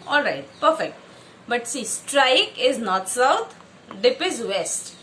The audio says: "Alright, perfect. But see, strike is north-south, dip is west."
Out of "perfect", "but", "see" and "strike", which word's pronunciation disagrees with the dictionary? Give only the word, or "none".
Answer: none